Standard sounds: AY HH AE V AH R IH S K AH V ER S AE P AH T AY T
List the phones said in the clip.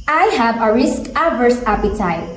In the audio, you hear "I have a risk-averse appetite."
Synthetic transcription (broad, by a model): AY HH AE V AH R IH S K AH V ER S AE P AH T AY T